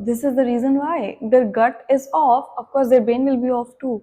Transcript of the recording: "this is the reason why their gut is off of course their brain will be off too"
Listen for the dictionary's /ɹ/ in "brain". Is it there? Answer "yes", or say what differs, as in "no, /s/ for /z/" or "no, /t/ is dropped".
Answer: no, /ɹ/ is dropped